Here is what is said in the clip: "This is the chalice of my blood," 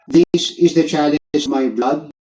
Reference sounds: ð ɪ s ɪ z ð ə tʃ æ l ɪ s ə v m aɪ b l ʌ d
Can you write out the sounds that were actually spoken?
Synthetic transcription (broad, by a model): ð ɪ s ɪ z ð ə tʃ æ l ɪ ə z m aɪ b l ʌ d